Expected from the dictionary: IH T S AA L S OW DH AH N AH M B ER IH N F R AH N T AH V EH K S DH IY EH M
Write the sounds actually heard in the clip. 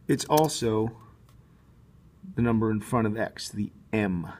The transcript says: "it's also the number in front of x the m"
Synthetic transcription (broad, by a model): IH T S AA L S OW DH AH N AH M B ER IH N F R AH T AH V EH K S DH IY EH M